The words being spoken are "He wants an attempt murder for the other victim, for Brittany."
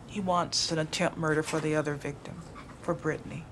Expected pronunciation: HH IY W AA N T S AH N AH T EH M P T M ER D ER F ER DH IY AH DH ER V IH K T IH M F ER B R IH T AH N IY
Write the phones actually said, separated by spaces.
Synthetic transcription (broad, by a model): HH IY W AA N T S AH N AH T EH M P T M ER D ER F ER DH IY AH DH ER V IH K T IH M F ER B R IH T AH N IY